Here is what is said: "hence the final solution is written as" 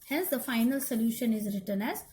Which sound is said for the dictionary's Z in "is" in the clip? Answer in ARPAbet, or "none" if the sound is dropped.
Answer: Z